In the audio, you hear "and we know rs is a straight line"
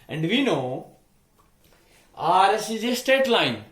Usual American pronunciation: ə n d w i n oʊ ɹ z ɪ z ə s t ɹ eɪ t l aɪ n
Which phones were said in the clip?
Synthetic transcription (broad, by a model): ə n d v i n oʊ ɹ s ɪ z ə s t eɪ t l aɪ n